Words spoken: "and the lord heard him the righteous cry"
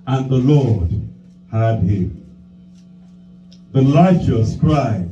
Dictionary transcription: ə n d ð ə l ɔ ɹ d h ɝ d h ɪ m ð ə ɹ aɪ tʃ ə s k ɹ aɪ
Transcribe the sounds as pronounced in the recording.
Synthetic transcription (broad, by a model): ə n ð ə l ɔ ɹ d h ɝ d h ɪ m ð ə l aɪ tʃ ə s k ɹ aɪ